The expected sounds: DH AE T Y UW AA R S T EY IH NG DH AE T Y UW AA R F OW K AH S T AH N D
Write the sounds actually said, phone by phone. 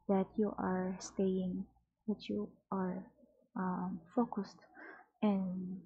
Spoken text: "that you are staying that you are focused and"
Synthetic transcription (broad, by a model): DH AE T Y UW AA R S T EY IH NG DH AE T Y UW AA R F OW K AH S T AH N